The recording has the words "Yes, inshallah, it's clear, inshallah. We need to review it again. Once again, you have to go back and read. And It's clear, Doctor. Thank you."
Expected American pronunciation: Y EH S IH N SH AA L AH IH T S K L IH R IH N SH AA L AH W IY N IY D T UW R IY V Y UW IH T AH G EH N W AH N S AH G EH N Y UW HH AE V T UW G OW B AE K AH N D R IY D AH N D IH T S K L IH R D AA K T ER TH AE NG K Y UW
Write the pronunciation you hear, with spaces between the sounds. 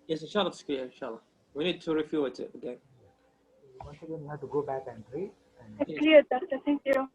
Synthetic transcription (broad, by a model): Y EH S IH N SH AA L AH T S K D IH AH IH N SH AA L AH W IY N IY D T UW R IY F Y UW IH T AH G EH N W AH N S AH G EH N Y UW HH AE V T UW G OW B AE K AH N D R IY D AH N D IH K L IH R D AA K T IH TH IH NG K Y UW